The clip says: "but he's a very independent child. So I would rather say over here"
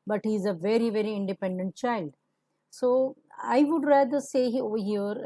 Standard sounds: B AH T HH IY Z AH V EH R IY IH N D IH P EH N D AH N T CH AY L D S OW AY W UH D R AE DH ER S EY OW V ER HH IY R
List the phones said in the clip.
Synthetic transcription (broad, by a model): B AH T HH IY Z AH V EH R IY IH N D IH P EH N D AH N T CH AY L D S OW AY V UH D R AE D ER S EY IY AO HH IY R